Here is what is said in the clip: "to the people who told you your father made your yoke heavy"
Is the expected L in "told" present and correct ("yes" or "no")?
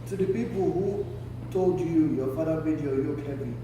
yes